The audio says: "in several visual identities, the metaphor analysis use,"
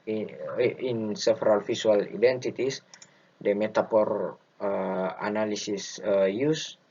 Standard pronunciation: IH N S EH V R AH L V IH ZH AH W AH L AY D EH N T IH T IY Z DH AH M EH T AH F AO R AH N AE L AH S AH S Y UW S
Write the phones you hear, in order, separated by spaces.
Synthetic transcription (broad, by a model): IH N S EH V R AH L F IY S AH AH L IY D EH N T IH T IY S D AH M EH T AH P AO R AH N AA L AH S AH S Y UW S